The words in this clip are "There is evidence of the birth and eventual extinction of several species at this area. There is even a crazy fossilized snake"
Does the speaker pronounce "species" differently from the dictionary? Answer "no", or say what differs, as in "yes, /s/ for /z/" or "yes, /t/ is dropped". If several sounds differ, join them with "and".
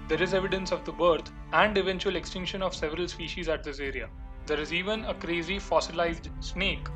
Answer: no